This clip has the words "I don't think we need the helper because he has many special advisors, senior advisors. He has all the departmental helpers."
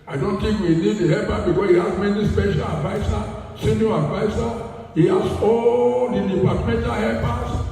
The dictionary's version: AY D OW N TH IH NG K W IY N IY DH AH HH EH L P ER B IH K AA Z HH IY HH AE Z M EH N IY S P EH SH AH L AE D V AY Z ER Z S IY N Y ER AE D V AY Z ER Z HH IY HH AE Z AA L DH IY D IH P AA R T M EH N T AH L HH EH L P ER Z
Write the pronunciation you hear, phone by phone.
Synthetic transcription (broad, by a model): AY D OW N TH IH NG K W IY N IY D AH HH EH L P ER B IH K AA S HH IY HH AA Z M EH N IY S P EH SH AH L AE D V AY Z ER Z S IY N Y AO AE D V AY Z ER HH IY HH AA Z AA L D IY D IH P AA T M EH N T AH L HH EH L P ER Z